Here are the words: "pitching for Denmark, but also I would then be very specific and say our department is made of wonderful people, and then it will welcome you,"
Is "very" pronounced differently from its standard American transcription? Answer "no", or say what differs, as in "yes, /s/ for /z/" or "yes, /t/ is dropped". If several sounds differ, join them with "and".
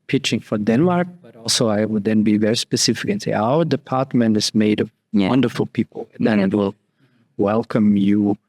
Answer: no